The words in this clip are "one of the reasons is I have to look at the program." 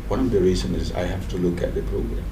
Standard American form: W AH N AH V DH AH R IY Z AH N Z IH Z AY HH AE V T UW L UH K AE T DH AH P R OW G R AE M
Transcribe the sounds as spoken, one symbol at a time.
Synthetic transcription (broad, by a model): W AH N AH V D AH R IY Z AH N IH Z AY HH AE F T UW L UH K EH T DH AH P R OW G R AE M